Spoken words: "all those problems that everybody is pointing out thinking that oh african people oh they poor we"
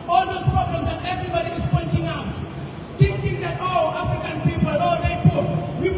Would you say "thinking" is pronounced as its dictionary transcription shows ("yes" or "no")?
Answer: no